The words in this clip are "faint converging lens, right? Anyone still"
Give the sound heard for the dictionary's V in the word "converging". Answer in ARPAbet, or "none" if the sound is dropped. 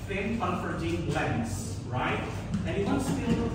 F